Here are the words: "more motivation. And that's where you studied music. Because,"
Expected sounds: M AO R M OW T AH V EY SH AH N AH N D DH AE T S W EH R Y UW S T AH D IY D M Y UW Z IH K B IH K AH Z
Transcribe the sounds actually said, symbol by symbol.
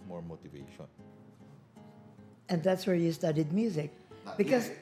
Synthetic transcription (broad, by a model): M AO R M OW T AH V EY SH AH N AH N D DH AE T S W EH R Y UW S T AH D IY D M Y UW Z IH K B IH K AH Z